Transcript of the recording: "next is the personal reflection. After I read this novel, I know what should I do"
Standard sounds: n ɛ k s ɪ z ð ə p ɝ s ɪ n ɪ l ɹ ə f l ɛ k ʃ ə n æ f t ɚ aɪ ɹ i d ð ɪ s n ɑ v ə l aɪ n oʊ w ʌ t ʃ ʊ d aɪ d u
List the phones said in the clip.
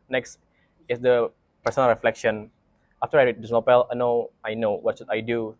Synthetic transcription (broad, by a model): n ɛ k s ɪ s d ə p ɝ s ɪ n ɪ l ɹ ə f l ɛ k ʃ ə n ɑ f t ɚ aɪ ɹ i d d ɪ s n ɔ p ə l aɪ n oʊ w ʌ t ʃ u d aɪ d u